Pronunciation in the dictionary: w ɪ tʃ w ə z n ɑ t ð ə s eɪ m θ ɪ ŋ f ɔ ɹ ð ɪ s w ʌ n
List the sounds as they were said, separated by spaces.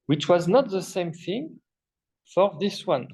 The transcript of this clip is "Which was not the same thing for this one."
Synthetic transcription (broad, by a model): w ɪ tʃ w ə z n ɑ t ð ə s eɪ m θ ɪ ŋ f ɔ ɹ ð ɪ s w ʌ n